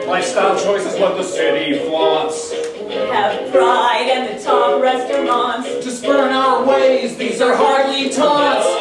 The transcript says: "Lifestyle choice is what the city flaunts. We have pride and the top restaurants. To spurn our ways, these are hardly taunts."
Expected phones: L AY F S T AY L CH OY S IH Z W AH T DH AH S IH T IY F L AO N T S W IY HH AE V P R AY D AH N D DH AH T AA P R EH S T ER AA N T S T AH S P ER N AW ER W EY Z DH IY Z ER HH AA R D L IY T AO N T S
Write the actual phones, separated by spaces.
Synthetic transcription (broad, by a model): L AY S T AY CH OY S IH Z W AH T DH AH S IH T IY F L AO T S W IY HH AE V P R AY D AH N DH AH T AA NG R EH S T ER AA N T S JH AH S B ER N AW ER W EY Z DH IY Z ER HH AA R D L IY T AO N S